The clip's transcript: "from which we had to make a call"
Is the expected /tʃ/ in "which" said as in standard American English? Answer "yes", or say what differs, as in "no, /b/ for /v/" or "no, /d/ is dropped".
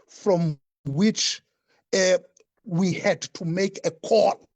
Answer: yes